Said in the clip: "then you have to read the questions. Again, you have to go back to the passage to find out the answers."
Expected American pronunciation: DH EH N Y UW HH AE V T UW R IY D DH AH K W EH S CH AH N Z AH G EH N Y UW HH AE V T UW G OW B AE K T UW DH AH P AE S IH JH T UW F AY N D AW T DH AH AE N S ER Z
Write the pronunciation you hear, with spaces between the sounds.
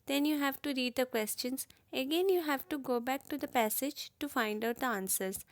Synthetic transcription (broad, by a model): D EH N Y UW HH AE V T UW R IY D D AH K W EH S CH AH N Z AH G EH N Y UW HH AE V T UW G OW B AE K T UW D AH P AE S IH JH T UW F AY N D AW T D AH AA N S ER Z